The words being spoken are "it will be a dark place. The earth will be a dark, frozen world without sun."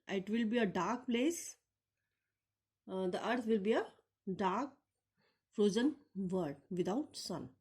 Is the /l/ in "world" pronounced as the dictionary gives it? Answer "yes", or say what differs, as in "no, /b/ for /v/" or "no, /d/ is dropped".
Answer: no, /l/ is dropped